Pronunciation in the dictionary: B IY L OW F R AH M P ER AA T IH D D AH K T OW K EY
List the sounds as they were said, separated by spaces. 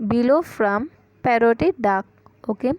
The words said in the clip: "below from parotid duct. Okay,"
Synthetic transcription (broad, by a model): B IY L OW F R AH M P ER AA T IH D D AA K OW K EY